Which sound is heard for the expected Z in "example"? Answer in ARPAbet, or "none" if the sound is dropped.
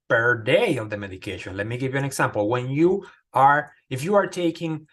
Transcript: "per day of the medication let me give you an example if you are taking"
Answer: S